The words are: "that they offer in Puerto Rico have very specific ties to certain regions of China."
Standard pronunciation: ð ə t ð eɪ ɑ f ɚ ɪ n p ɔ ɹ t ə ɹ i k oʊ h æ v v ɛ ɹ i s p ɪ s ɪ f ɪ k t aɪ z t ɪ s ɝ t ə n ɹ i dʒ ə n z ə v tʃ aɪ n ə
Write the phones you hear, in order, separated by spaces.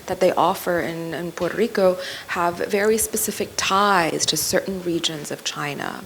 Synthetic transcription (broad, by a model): ð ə t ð eɪ ɑ f ɚ ɪ n p ɔ ɹ t ə ɹ i k oʊ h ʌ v v ɛ ɹ i s p ɪ s ɪ f ɪ k t aɪ z t ɪ s ɝ t n ɹ i dʒ ə n z ə v tʃ aɪ n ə